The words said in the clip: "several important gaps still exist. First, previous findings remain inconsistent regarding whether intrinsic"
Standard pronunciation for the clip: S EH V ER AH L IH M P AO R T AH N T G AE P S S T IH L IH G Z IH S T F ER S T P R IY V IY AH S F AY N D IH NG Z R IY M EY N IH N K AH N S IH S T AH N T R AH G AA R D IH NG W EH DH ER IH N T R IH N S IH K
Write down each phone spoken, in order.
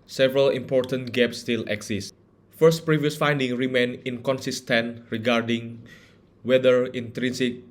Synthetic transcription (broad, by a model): S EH V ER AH L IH M P AO R T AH N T G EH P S S T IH L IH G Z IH S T F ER S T P R IY V IY AH S F AY N D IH NG R IY M EY N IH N K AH N S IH S T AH N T R AH G AA R D IH NG W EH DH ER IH N T R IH N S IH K